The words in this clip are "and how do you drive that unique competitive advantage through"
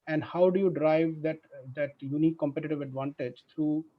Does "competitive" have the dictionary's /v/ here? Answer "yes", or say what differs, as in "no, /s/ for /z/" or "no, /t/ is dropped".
yes